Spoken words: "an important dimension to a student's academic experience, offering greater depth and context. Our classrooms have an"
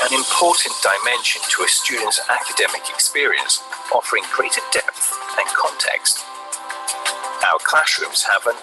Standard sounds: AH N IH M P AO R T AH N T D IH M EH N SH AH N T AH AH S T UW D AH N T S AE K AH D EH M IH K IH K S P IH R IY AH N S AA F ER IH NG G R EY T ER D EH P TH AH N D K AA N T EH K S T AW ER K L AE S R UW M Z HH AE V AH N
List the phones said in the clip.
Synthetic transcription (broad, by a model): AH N IH M P AO T N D IH M EH N SH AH N T AH AH S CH UW D N T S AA K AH D EH M IH K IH K S P IH R IY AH N S AA F ER IH NG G R EY T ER D EH P TH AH N K AA N T EH K S T AW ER K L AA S R UW M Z HH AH V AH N